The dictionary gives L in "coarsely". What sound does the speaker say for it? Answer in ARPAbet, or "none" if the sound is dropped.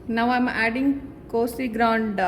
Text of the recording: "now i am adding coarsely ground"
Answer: none